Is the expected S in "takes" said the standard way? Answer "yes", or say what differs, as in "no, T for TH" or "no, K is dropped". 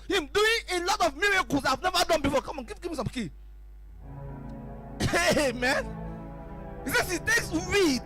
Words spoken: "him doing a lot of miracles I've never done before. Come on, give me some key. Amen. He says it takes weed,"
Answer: yes